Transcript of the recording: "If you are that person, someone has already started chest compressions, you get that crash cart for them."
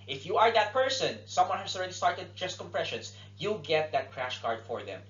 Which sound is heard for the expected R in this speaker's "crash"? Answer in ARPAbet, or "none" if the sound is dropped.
R